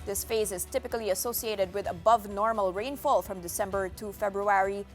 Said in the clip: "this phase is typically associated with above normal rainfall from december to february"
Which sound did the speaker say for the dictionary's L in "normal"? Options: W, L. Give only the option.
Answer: L